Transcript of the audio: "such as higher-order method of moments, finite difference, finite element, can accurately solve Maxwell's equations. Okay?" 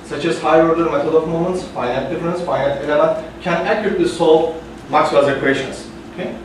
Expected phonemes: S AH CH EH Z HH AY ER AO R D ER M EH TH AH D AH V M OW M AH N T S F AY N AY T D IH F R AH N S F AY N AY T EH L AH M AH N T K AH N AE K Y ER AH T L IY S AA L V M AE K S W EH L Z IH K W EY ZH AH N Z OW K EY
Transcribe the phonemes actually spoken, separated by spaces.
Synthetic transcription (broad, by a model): S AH CH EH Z HH AY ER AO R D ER M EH T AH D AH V M OW M AH N T S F AY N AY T D IH F R AH N S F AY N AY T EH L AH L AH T K AH N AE K Y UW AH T L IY S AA L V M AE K S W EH Z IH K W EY SH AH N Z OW K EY